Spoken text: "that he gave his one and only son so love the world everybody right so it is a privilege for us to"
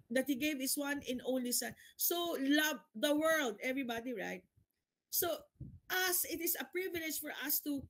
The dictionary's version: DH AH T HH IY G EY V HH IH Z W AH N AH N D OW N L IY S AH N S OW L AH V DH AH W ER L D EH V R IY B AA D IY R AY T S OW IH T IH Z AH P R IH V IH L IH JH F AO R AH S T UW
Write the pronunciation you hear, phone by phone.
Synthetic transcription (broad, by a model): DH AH T HH IY G EY V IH S W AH N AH N OW N L IY S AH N S OW L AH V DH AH W ER L D EH V R IY B AA D IY R AY T S OW IH T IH S AH P R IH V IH L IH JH F AO R AH S T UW